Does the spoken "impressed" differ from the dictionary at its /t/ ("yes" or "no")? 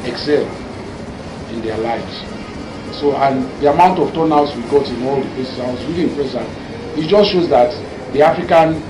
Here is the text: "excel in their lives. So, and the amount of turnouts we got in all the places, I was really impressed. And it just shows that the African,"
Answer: yes